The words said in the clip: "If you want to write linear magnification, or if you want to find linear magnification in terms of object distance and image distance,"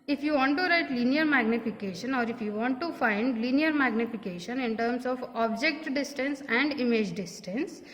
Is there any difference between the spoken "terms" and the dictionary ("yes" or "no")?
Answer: yes